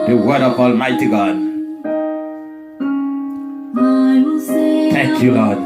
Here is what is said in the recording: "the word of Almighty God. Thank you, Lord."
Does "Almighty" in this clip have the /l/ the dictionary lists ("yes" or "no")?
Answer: yes